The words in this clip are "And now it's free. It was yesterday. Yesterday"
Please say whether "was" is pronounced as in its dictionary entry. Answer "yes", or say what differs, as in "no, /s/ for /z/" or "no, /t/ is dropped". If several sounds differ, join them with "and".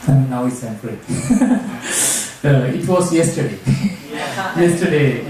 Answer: no, /s/ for /z/